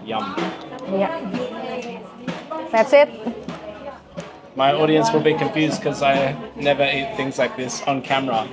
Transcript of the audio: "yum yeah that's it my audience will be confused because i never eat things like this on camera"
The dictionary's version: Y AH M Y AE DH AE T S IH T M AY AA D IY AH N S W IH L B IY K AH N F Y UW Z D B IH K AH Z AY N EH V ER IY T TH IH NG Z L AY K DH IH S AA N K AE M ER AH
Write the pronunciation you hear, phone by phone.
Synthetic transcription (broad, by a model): Y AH M Y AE DH AE T S IH T M AY AA D IY AH N S W IH L B IY K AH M F Y UW Z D K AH Z AY N EH V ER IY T TH IH NG Z L AY K DH IH S N K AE M ER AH